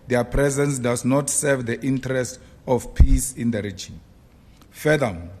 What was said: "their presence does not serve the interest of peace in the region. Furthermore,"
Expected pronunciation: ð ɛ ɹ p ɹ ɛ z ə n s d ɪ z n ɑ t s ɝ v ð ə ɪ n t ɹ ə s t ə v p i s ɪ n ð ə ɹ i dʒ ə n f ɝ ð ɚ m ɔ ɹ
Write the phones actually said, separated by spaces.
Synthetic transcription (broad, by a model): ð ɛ p ɹ ɛ z ə n s d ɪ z n ɑ t s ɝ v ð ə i n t ɹ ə s t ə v p i s ɪ n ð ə ɹ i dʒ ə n f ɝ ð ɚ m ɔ